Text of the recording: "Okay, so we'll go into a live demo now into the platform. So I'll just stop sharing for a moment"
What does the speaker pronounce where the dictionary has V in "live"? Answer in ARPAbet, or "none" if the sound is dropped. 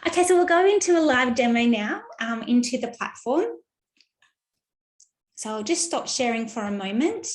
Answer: V